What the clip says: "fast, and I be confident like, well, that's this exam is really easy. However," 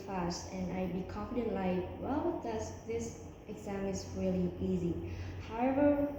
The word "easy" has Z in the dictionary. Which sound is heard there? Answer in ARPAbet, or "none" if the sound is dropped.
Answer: Z